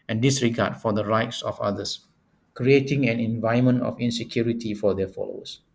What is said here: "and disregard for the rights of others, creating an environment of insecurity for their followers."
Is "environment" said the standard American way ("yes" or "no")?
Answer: no